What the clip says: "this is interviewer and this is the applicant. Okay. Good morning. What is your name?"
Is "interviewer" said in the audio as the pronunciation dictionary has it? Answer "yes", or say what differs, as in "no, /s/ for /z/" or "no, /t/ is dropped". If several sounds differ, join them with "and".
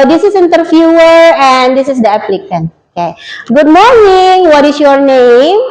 no, /f/ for /v/